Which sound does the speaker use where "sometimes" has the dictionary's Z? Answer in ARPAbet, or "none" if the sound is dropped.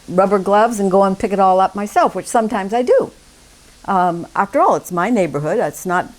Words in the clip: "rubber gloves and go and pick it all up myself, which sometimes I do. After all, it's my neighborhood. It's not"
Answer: Z